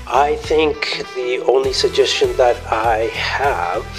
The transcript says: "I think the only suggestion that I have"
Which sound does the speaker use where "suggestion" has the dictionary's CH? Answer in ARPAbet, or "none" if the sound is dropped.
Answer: CH